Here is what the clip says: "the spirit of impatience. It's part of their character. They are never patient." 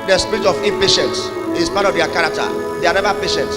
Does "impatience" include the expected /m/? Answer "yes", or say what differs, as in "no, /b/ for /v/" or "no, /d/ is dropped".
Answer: no, /m/ is dropped